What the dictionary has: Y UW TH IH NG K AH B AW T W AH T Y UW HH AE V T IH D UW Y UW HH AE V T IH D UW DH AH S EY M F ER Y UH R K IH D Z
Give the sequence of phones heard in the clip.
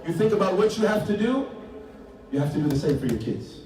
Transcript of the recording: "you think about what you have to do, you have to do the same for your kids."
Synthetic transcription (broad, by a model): Y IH TH IH NG K AH B AW T W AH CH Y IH HH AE F T IH D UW Y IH HH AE F T IH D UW DH AH S EY M F ER Y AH R K IH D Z